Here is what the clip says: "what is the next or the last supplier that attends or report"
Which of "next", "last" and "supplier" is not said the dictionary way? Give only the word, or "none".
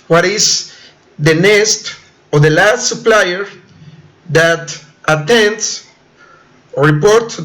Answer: next